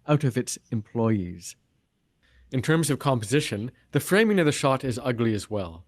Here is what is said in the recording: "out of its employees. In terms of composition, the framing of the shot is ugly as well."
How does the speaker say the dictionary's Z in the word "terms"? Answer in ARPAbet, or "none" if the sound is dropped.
Z